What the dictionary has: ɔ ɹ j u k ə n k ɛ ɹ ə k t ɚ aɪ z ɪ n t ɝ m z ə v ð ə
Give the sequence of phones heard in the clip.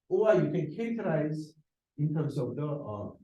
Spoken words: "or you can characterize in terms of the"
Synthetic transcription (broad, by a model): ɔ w j u k ə n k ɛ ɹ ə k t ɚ aɪ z ɪ n t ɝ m s ə v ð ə